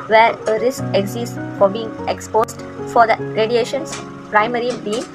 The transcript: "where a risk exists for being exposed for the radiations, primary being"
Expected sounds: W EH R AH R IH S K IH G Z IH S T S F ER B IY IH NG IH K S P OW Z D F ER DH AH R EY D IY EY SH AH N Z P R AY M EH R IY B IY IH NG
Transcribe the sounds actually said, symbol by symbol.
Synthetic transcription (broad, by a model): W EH R AH R IH S K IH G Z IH S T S F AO B IY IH NG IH K S P OW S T F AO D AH R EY D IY EY SH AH N S P R AY M EH R IY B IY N